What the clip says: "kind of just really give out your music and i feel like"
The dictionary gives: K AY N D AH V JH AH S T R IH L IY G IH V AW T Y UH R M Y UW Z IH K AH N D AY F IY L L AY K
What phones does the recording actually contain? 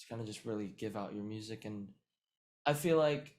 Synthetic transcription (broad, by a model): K AY N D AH JH AH S T R IH L IY G IH V AW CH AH R M Y UW Z IH K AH N AY F IY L L AY K